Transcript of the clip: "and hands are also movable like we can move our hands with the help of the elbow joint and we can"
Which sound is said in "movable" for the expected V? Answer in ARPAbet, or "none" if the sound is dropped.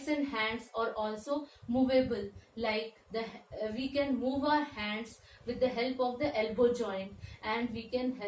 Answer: V